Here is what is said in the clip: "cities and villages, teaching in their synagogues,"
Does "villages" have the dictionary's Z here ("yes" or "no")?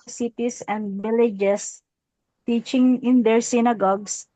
no